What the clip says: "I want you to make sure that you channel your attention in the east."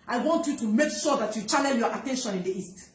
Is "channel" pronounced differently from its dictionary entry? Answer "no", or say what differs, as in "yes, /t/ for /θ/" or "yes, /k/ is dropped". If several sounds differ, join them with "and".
yes, /l/ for /n/